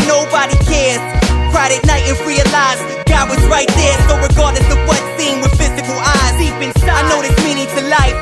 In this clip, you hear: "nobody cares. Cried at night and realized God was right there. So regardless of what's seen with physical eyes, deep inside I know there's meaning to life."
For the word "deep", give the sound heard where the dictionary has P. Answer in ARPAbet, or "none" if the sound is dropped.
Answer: B